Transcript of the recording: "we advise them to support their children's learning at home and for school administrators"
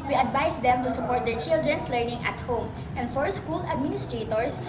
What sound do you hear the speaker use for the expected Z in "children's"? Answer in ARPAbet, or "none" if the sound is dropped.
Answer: S